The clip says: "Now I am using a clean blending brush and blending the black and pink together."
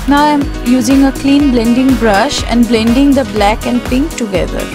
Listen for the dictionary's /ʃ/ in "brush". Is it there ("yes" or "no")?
yes